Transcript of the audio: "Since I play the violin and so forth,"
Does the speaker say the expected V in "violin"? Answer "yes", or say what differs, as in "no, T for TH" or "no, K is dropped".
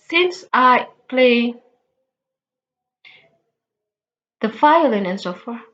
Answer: no, F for V